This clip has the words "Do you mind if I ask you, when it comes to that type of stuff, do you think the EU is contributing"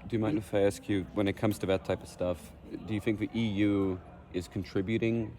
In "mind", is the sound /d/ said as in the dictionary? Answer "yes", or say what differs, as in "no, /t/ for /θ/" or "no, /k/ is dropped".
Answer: no, /d/ is dropped